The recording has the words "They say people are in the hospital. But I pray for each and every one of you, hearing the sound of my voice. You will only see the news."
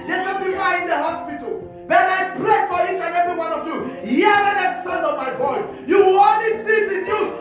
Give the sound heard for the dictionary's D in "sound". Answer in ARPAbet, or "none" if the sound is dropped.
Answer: none